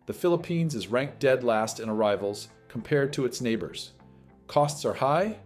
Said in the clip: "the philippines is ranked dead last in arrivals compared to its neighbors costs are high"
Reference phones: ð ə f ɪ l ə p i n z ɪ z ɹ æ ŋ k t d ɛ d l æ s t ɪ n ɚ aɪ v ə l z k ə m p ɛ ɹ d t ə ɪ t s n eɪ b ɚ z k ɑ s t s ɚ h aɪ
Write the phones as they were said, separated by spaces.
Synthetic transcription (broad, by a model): ð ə f ɪ l ə p i n z ɪ z ɹ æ ŋ k d ɛ d l æ s t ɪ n ɚ aɪ v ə l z k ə m p ɛ ɹ d t ə ɪ t s n eɪ b ɚ z k ɑ s t s ɚ h aɪ